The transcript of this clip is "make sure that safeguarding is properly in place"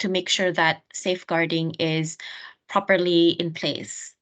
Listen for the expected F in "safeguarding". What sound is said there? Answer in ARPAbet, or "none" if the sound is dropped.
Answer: F